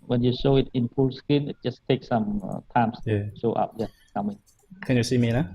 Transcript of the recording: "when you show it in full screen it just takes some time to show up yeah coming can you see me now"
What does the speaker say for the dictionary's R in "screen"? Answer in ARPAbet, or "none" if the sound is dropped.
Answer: none